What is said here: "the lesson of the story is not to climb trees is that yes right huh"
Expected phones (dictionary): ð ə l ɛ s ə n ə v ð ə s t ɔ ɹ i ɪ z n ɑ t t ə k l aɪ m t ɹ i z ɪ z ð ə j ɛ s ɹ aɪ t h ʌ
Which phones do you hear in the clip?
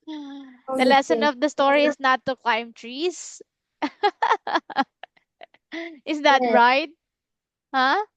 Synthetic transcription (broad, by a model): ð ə l ɛ s ə n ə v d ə s t ɔ ɹ i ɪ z n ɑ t t ə k l aɪ m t ɹ i s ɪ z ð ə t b ɹ aɪ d h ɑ